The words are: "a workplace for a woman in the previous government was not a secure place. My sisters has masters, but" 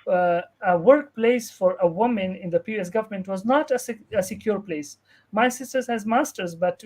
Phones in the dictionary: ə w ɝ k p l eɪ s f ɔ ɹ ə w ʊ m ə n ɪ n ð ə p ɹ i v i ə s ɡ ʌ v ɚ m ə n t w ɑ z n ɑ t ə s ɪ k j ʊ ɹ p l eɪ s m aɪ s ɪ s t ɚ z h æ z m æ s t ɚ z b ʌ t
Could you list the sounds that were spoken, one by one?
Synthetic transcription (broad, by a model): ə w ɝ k p l eɪ s f ɔ ɹ ə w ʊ m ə n ɪ n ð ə p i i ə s ɡ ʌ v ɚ m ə n t w ɑ z n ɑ t ə s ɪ k j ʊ ɹ p l eɪ s m aɪ s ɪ s t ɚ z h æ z m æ s t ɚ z b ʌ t